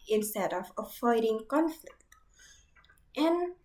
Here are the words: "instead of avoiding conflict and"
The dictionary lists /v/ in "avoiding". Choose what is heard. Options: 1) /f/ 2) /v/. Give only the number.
1